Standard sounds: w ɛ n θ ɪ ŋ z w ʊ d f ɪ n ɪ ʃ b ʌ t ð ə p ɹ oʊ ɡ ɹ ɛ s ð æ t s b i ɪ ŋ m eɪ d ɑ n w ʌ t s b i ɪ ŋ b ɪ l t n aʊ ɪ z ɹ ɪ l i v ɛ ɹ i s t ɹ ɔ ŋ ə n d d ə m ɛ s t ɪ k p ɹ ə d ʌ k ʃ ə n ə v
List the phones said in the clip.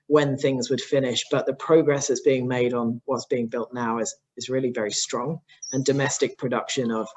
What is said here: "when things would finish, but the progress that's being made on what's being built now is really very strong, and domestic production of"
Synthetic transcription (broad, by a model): w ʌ n θ ɪ ŋ z w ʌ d f ɪ n ɪ ʃ b ʌ t ð ə p ɹ oʊ ɡ ɹ ɛ s ð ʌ t s b i ɪ ŋ m eɪ d n w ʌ t s b i ɪ ŋ b ɪ l t n aʊ ɪ z ɹ ɪ l i v ɛ ɹ i s t ɹ ɔ ŋ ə n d d ə m ɛ s t ɪ k p ɹ ə d ʌ k ʃ ə n ə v